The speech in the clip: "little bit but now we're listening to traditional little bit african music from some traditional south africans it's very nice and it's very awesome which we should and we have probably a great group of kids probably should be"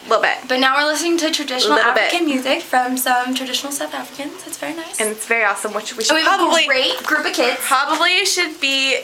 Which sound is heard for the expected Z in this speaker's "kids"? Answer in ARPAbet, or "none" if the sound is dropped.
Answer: none